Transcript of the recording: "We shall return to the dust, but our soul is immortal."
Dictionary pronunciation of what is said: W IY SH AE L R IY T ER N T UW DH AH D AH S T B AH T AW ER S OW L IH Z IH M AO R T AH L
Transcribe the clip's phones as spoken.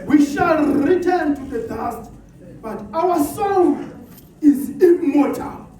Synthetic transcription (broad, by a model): W IY SH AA L R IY T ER N T UW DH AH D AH S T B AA T AW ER S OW N IH Z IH M AO T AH L